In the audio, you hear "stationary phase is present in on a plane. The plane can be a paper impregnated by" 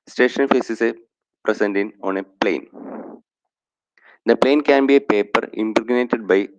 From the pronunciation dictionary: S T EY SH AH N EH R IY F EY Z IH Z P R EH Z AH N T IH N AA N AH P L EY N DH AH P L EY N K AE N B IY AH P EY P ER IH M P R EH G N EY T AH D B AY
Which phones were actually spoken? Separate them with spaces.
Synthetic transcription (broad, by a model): S T EY SH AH N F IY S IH S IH P R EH S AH N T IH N AA N AH P L EY N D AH P L EY N K AE N B IY AH P EY P ER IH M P R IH G N EY T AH D B AY